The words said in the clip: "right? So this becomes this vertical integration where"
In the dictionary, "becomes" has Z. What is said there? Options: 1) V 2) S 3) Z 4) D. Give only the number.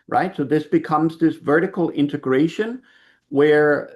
3